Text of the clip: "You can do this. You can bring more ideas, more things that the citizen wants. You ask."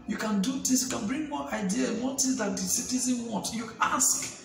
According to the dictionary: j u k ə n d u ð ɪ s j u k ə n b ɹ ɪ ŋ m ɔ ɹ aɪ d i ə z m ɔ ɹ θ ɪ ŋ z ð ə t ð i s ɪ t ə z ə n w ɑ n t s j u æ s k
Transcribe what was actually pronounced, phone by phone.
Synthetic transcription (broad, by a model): j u k ə n d u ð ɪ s j u k ə n b ɹ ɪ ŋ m ɔ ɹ aɪ d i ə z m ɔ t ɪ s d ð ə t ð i s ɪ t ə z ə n w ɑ n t j u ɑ s k